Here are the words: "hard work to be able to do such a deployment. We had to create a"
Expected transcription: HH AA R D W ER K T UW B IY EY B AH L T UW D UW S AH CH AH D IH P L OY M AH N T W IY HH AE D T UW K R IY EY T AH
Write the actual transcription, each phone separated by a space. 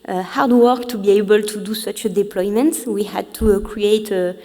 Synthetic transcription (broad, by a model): HH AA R D W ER K T UW B IY EY B AH L T UW D UW S AH CH D IH P L OY M AH N T W IY HH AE D T UW K R IY EY T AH